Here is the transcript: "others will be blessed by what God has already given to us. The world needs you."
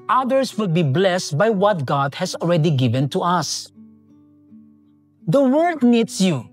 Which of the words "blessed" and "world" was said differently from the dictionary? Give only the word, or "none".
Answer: world